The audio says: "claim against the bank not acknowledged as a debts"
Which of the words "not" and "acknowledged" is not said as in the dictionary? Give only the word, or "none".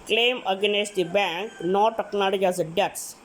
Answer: acknowledged